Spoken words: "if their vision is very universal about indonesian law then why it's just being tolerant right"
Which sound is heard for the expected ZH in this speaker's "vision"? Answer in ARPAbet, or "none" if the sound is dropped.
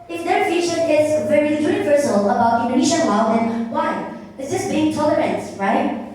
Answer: SH